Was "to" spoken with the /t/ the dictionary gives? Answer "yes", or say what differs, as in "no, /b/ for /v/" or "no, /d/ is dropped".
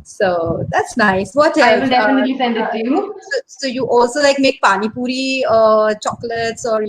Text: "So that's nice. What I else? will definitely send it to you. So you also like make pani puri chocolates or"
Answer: no, /s/ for /t/